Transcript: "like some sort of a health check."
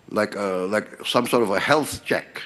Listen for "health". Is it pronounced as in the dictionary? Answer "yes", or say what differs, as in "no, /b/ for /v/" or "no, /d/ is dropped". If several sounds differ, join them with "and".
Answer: yes